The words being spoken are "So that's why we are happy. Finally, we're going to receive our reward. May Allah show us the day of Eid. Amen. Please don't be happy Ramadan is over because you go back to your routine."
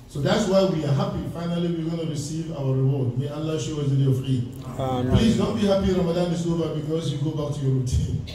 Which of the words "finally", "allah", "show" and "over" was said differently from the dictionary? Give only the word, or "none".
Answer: over